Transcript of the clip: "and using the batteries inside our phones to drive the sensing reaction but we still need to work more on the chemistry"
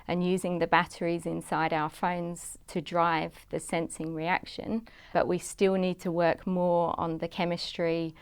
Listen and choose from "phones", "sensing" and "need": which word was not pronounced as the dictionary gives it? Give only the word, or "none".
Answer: none